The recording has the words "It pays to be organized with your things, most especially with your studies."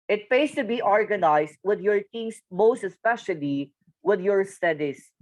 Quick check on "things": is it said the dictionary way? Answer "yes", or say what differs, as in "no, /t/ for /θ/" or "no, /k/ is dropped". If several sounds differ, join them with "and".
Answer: no, /t/ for /θ/ and /s/ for /z/